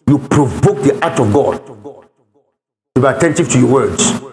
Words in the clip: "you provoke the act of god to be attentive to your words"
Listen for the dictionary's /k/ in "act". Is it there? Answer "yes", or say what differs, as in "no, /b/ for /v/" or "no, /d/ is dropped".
no, /k/ is dropped